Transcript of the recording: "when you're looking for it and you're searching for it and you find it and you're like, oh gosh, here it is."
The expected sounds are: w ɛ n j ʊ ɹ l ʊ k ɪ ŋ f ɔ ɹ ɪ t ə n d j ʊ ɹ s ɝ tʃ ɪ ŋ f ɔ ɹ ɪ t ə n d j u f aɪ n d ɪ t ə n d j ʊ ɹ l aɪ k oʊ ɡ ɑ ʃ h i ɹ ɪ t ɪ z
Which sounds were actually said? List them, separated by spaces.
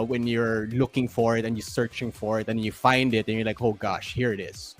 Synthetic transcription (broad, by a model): w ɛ n j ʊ ɹ l ʊ k ɪ ŋ f ɔ ɹ ɪ t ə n j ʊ ɹ s ɝ tʃ ɪ ŋ f ɔ ɹ ɪ t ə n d j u f aɪ n d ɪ t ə n j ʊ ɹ l aɪ k oʊ ɡ ɑ ʃ h i ɹ ɪ t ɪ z